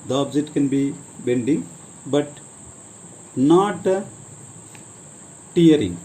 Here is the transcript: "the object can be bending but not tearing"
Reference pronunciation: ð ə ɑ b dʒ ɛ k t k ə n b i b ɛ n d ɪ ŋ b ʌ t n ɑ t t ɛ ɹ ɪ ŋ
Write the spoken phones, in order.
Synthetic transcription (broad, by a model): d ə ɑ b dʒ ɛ t k ə n b i b ɛ n d ɪ ŋ b ʌ t n ɑ t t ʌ ɹ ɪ ŋ